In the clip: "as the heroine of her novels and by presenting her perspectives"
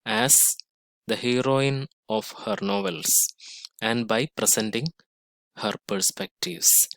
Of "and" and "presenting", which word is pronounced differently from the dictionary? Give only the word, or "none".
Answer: presenting